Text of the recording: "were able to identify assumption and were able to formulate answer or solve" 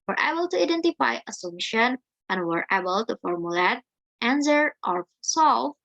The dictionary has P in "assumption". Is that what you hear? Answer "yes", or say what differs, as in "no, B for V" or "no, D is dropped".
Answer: no, P is dropped